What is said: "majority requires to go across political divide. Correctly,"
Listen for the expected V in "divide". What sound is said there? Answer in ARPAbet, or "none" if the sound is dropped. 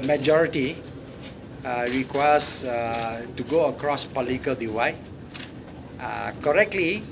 W